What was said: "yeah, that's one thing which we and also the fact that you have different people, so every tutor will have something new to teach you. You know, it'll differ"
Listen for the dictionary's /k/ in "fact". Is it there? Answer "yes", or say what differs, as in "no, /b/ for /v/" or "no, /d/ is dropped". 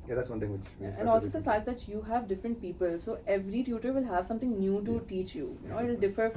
no, /k/ is dropped